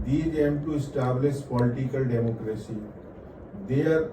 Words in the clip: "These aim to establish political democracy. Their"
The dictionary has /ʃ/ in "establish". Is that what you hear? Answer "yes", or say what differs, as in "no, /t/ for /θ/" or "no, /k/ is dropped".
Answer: no, /s/ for /ʃ/